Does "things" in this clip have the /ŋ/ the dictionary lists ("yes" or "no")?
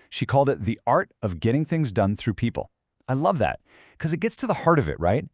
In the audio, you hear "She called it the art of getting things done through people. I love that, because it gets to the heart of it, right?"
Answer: yes